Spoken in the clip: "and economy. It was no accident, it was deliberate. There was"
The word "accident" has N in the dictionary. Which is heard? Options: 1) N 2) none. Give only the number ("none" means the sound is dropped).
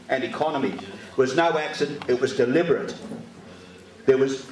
2